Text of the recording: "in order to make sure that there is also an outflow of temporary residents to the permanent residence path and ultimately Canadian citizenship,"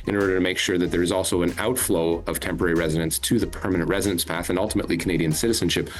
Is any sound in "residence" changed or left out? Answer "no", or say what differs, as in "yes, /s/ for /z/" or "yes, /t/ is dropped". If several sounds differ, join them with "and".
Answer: no